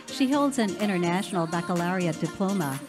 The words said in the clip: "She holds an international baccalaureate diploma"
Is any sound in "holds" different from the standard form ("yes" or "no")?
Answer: no